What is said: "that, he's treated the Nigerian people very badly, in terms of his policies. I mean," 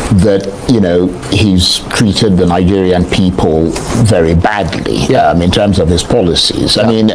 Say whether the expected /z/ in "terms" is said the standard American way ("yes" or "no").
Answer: yes